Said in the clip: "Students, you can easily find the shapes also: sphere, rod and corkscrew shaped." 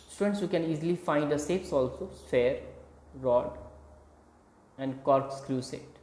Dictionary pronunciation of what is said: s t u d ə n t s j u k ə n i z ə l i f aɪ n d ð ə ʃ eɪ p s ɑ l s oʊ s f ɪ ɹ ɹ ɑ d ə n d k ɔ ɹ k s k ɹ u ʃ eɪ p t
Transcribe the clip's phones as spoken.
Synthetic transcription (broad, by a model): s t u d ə n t s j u k ə n i z ə l i f aɪ n d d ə s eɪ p s ɑ l s oʊ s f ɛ ɹ ɹ ɑ d ə n d k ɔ ɹ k s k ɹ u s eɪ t